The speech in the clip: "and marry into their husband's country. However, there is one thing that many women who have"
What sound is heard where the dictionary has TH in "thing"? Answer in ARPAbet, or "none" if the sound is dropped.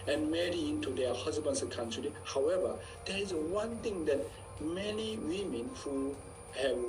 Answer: T